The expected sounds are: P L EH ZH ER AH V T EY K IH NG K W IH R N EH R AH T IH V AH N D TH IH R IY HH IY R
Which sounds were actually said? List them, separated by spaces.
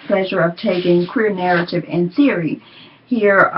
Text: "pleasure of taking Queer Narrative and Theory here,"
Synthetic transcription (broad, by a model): P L EH ZH ER AH V T EY K IH NG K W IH R N EH R AH T IH V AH N TH IH R IY HH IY R